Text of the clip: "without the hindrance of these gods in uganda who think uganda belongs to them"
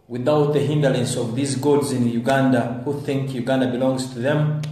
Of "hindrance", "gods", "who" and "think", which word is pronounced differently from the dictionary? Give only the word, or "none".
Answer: hindrance